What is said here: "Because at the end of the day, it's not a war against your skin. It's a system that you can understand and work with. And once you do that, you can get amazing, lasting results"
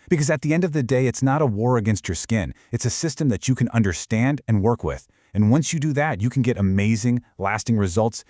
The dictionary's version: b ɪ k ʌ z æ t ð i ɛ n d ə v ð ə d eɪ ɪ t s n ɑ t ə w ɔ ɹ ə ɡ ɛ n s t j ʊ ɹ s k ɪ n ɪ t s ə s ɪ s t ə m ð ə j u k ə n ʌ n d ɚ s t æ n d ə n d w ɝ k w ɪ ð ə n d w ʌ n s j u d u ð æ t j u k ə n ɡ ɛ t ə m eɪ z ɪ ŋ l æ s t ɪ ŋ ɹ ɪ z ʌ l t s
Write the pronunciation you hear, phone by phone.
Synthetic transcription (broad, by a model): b ɪ k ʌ z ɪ t ð i ɛ n d ə v ð ə d eɪ ɪ t s n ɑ t ə w ɔ ɹ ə ɡ ɛ n s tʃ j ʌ ɹ s k ɪ n ɪ t s ə s ɪ s t ə m ð ə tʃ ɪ k ə n ʌ n d ɚ s t æ n d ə n w ɝ k w ɪ ð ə n w ʌ n s j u d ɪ ð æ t j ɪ k n ɡ ɛ t ə m eɪ z ɪ ŋ l æ s t ɪ ŋ ɹ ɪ z ʌ l t s